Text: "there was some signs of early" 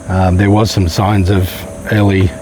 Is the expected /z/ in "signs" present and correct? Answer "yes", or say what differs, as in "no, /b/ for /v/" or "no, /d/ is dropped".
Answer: yes